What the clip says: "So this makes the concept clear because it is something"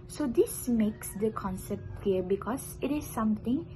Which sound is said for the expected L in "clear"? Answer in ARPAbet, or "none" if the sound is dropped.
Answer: none